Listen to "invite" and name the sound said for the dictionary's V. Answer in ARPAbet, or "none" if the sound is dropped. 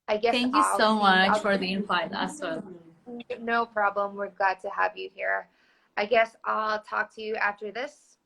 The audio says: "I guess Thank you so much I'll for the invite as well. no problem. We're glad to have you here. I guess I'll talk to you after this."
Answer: F